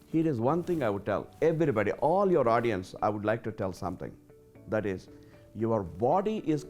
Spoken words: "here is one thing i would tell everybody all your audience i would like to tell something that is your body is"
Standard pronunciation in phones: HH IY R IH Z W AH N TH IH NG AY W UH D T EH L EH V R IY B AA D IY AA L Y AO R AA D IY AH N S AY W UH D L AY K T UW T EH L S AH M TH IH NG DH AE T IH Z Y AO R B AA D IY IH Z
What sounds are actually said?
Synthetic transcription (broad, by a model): HH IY R IH Z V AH N T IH NG AY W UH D T EH L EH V R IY B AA D IY AA L Y AO R AA D IY AH N S AY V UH D L AY K T UW T EH L S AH M T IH NG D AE T IH Z Y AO R B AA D IY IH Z